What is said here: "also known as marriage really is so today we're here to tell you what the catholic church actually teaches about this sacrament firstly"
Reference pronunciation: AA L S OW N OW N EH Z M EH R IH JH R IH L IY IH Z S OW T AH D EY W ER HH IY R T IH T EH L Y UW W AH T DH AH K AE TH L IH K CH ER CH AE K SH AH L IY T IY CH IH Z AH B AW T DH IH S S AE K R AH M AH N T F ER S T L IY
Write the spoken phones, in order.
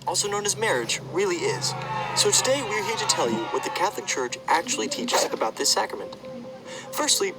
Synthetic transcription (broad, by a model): AA L S OW N OW N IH Z M EH R IH JH R IH L IY IH Z S OW T AH D EY W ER HH IY R T IH T EH L Y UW W AH T DH AH K AE TH L IH K CH ER CH AE K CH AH L IY T IY CH IH Z AH B AW T DH IH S S AE K R AH M AH N T F ER S T L IY